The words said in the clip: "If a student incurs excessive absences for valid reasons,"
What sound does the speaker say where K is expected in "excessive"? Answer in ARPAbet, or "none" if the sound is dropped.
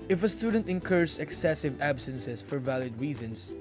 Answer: K